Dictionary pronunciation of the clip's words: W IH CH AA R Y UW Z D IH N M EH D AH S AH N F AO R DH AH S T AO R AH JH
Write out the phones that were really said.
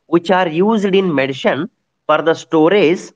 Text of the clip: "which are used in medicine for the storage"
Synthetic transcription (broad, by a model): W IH CH AA R Y UW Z D IH N M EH D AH SH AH N F AO R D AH S T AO R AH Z